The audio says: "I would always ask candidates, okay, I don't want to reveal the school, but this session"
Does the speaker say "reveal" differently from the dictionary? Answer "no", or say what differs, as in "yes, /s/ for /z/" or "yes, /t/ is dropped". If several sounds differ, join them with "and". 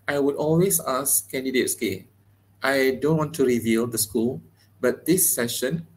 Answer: no